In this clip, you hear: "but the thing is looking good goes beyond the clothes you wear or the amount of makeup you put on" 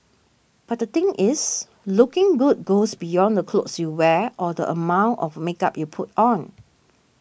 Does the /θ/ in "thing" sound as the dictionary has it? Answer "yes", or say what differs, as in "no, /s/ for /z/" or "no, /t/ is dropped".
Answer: no, /t/ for /θ/